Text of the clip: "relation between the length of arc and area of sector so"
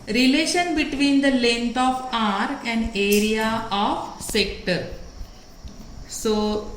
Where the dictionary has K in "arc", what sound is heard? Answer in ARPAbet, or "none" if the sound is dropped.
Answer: none